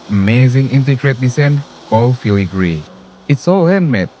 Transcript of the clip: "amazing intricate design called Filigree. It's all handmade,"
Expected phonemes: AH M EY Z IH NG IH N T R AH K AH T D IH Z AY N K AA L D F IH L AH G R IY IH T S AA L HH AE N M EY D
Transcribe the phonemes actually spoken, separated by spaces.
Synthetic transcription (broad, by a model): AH M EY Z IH NG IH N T AH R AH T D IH S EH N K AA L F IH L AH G R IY IH T S AA L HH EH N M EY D